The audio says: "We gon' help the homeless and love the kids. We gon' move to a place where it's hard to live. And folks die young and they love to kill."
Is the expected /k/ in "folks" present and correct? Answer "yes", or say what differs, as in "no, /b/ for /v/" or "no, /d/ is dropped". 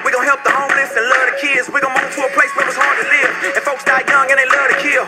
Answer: yes